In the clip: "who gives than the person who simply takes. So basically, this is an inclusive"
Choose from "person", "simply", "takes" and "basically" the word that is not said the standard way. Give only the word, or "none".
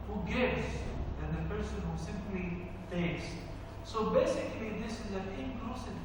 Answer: takes